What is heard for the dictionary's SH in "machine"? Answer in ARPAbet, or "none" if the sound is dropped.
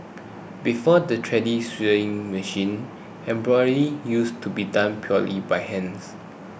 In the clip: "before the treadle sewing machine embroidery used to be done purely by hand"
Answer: SH